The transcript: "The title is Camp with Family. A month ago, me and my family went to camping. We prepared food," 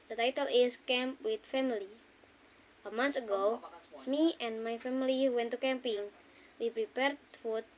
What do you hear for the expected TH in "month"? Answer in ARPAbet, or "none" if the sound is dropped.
S